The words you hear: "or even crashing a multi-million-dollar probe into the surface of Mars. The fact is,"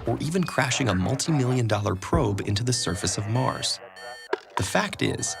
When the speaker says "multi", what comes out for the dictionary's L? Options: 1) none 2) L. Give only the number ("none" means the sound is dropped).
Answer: 2